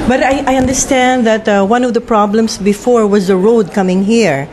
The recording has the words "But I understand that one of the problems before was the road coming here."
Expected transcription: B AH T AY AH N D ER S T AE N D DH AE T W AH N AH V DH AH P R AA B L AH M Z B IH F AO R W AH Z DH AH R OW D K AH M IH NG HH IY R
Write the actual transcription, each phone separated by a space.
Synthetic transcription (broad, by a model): B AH T AY AH N D ER S T AE N D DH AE T W AH N AH V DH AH P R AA B L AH M S B IH F AO R W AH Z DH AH R OW D K AH M IH NG HH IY R